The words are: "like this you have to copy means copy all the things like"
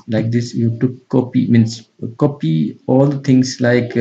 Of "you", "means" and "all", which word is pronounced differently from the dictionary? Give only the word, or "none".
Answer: means